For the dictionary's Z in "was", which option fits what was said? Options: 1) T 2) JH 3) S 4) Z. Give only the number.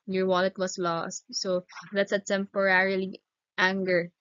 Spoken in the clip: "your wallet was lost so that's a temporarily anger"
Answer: 3